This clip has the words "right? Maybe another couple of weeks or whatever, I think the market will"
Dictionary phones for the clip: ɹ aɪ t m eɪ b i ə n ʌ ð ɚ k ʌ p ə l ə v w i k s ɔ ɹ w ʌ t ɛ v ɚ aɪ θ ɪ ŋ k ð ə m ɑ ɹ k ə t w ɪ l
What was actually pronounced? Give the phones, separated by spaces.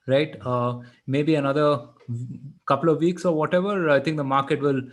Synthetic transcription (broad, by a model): ɹ aɪ t m eɪ b i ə n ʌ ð ɚ k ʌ p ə l ə v i k s ɔ ɹ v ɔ t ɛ v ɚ aɪ t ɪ ŋ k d ə m ɑ ɹ k ə t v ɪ l